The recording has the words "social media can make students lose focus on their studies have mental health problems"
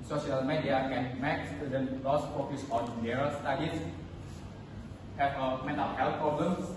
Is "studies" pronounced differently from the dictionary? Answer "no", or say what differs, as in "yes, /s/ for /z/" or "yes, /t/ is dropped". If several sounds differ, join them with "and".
yes, /s/ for /z/